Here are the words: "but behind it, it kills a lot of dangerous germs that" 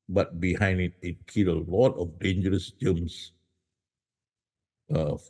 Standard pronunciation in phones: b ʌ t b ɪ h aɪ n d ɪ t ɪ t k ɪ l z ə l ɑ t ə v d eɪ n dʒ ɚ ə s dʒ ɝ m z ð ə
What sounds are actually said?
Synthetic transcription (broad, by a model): b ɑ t b ɪ h aɪ n d ɪ t ɪ t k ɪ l ə l ɑ t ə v d eɪ n dʒ ɚ ə s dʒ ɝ m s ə